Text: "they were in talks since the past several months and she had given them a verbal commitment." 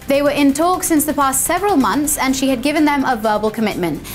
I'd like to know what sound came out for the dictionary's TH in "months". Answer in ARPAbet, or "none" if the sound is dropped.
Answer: TH